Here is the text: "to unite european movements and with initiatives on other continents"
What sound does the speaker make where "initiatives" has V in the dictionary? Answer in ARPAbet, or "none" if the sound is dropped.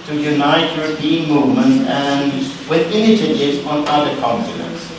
none